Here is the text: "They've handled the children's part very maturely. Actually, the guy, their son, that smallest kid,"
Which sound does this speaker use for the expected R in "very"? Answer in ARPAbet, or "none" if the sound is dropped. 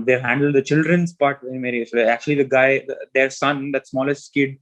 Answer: none